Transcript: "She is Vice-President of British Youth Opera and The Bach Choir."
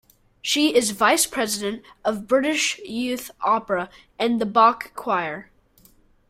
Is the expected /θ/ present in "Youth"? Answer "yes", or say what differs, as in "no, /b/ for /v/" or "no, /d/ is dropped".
yes